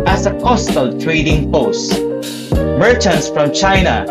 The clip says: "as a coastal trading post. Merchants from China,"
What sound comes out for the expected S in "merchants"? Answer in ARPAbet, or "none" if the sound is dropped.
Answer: S